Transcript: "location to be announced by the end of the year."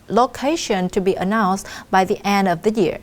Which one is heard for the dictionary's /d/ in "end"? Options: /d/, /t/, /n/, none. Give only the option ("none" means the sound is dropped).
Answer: /d/